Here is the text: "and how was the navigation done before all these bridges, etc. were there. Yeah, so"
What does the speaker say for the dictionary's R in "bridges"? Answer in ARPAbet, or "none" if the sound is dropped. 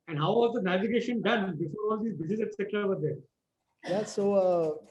none